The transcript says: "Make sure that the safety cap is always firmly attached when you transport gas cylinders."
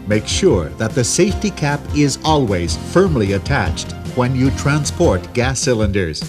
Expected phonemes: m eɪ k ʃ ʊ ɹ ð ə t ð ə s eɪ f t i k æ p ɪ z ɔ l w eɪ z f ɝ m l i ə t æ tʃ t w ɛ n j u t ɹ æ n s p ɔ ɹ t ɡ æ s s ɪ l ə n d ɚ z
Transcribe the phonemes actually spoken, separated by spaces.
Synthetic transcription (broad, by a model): m eɪ k ʃ ʊ ɹ ð ə t ð ə s eɪ f t i k æ p ɪ z ɔ l w eɪ z f ɝ m l i ə t æ tʃ t w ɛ n j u t ɹ æ n s p ɔ ɹ t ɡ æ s s ɪ l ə n d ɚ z